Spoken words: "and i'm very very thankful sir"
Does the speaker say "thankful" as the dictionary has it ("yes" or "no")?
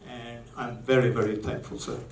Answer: yes